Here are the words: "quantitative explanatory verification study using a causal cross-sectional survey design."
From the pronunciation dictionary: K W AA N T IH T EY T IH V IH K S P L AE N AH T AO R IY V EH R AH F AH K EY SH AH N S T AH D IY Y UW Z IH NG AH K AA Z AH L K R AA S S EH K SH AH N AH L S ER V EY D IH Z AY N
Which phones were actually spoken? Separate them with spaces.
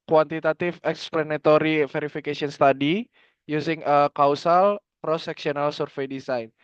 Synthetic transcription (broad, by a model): K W AA N T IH T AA T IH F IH K S P L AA N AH T AO R IY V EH R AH F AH K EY S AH N S T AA D IY Y UW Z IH NG AH K AA S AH L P R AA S S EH K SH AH N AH L S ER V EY D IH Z AY N